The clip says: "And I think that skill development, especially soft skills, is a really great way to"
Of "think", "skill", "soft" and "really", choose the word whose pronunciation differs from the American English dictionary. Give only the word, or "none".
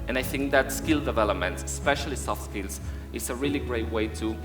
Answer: none